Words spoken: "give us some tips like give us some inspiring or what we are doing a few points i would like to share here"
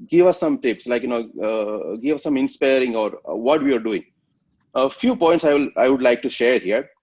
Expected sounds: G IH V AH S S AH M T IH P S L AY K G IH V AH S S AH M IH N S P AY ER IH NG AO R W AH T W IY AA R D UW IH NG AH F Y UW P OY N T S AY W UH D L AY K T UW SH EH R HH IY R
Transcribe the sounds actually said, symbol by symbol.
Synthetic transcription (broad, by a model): G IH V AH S S AH M T IH P S L AY K G IH V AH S S AH M IH N S P AY ER IH NG AO R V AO T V IY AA R D UW IH NG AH F Y UW P OY N T S AY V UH D L AY K T UW SH EH R HH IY R